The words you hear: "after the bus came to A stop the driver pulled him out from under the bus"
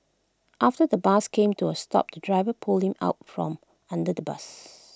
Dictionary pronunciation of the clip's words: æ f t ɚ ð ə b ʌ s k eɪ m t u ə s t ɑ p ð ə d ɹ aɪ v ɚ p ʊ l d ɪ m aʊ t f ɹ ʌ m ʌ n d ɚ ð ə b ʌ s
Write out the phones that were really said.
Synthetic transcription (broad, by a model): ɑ f t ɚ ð ə b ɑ s k eɪ m t u ə s t ɑ p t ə d ɹ aɪ v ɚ p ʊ l ɪ m aʊ t f ɹ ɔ m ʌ n d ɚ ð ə b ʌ s